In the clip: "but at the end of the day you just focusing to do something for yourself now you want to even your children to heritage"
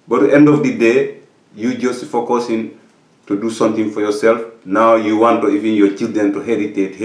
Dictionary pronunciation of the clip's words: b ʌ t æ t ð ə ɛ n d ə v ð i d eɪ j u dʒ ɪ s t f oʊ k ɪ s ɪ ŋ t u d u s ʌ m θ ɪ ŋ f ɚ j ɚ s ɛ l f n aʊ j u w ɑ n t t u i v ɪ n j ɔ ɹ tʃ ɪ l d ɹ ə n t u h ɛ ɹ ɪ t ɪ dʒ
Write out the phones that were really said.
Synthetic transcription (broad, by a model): b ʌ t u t ɛ n d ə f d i d eɪ j u dʒ ɪ s t f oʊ k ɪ s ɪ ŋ t u d u s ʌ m t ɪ ŋ f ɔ j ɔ s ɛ l f n aʊ j u w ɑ n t t u i v ɪ n j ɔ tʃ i l d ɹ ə n t u h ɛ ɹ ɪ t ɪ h